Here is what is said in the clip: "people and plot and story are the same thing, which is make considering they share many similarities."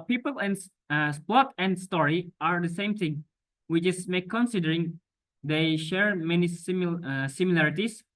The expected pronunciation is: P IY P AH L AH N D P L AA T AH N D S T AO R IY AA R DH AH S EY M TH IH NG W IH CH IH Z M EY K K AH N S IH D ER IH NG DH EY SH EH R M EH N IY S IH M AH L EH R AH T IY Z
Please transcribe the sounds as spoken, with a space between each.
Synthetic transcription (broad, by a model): P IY P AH L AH N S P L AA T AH N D S T AO R IY AA R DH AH S EY M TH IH NG W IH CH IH S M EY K K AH N S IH D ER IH NG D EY SH EH R M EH N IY S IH M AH L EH R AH T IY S